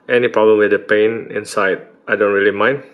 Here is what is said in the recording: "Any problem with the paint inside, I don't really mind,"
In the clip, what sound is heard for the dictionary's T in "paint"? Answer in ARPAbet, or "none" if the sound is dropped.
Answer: none